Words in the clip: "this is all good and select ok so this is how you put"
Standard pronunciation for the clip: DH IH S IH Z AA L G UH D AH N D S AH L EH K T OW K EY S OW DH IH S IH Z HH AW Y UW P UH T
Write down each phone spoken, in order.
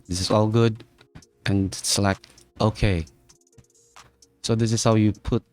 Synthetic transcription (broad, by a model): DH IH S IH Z AA L G UH D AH N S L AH IH K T OW K EY S OW DH IH S IH Z HH AW Y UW P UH T